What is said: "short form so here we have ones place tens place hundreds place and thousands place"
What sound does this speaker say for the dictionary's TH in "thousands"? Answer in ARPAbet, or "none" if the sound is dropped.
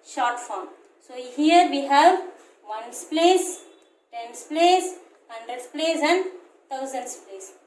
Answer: T